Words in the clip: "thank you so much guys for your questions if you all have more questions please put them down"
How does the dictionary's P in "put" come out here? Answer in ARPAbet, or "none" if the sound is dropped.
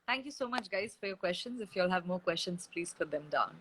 F